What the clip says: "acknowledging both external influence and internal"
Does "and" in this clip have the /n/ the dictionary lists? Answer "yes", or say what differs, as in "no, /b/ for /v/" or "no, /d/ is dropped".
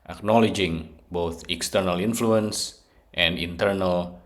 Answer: yes